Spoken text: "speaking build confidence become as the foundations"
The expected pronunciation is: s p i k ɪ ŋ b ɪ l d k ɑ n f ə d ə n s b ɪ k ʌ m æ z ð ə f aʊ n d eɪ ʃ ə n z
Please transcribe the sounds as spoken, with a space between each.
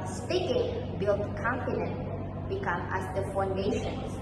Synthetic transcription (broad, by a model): s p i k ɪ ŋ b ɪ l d k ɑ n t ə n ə n b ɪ k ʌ m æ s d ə f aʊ n d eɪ ʃ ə n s